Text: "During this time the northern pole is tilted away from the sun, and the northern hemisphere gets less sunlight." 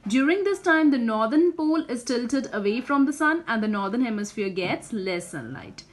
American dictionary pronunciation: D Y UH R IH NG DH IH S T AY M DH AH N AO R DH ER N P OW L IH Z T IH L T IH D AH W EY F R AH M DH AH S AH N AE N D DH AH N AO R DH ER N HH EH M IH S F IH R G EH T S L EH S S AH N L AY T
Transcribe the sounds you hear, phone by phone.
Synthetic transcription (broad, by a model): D Y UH R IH NG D IH S T AY M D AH N AO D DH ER N P OW L IH Z T IH L T IH D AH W EY F R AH M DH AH S AH N AE N D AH N AO R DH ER N HH EH M IH S F IH R G EH T S L EH S S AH N L AY T